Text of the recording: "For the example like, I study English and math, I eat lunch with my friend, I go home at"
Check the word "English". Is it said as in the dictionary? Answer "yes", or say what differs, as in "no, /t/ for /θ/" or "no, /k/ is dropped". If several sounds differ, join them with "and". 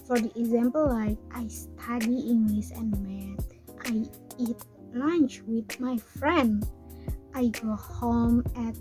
no, /s/ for /ʃ/